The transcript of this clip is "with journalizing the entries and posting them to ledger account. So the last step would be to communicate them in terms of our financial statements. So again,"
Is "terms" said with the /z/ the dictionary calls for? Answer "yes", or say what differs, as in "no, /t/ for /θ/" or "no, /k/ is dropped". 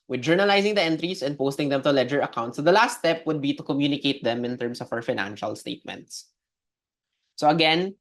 no, /s/ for /z/